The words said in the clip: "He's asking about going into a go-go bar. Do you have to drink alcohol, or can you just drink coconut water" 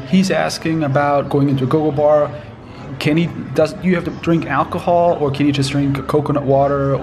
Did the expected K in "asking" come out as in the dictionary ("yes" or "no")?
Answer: yes